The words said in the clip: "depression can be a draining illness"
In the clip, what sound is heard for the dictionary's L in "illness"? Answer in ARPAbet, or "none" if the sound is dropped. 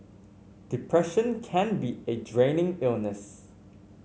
L